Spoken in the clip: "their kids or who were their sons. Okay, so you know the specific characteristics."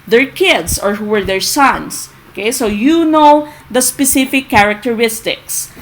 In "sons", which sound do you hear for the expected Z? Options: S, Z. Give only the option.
S